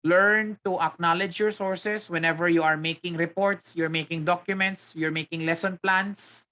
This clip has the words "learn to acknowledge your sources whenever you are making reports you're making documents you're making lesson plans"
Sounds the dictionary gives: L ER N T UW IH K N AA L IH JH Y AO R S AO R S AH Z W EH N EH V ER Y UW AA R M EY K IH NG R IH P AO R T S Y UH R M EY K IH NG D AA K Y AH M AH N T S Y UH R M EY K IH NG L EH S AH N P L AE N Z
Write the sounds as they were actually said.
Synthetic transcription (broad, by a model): L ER N T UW IH K N AA L IH JH Y AO R S AO R S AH S W EH N EH V ER Y UW AA R M EY K IH NG R IH P AO R T S Y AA R M EY K IH NG D AA K Y AH M AH N T S Y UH R M EY K IH NG L EH S AH N P L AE N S